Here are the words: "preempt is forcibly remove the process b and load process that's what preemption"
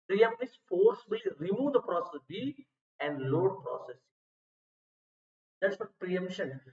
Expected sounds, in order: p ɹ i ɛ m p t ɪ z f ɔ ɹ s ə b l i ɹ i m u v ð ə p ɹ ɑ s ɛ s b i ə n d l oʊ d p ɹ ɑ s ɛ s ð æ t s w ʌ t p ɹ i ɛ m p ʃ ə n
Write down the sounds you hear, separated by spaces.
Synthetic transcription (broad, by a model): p ɹ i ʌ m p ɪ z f ɔ ɹ s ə l ɹ i m u v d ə p ɹ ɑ s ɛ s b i ə n d l oʊ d p ɹ ɑ s ɛ s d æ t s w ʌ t p ɹ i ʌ m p ʃ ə n